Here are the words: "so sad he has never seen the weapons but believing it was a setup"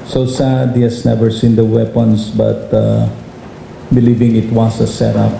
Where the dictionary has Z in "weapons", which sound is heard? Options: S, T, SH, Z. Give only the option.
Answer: S